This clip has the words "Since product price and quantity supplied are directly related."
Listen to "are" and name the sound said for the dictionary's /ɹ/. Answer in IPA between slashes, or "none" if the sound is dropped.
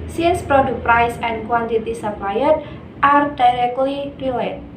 /ɹ/